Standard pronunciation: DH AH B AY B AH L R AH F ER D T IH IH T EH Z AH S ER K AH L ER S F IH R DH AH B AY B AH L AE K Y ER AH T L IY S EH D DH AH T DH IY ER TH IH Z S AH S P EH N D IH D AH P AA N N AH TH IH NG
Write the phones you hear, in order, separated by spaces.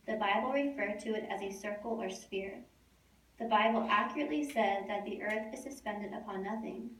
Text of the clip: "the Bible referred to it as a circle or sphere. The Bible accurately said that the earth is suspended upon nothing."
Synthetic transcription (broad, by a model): DH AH B AY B L R AH F ER D T IH IH T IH Z AH S ER K L ER S F IH R DH AH B AY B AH L AE K Y ER AH T L IY S EH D DH AH T DH IY ER TH IH Z S AH S P EH N D IH D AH P AA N N AH TH IH NG